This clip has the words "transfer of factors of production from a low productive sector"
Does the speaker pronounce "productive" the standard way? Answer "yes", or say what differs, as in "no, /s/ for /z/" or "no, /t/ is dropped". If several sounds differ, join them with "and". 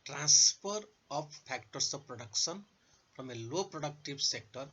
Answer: no, /b/ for /v/